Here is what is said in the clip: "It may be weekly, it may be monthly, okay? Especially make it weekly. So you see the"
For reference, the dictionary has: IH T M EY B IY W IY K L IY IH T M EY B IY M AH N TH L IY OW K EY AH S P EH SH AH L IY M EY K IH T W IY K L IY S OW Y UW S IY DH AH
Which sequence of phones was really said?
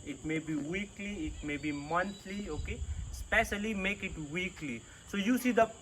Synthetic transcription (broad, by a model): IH T M EY B IY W IY K L IY IH T M EY B IY M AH N T L IY OW K EY S P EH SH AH L IY M EY K IH T W IY K L IY S OW Y UW S IY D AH